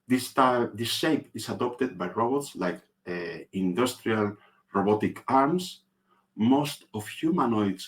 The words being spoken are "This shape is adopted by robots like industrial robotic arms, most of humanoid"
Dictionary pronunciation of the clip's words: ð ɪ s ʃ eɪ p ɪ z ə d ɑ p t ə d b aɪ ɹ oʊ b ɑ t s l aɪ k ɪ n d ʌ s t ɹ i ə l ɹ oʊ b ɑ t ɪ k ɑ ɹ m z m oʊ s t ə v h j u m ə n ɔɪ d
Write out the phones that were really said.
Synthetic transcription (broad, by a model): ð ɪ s s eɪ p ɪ s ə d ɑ p t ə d b aɪ ɹ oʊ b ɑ t s l aɪ k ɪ n d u s t ɹ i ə l ɹ oʊ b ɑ t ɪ k ɑ ɹ m s m oʊ s t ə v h j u m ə n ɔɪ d